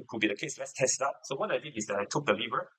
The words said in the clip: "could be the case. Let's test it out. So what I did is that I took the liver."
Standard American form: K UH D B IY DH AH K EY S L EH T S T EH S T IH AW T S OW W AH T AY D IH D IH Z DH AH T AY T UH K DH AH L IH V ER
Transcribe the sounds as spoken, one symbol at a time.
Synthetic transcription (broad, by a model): K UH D B IY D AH K EY S L EH T S T EH S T IH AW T S OW W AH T AY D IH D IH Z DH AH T AY T UH K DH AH L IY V ER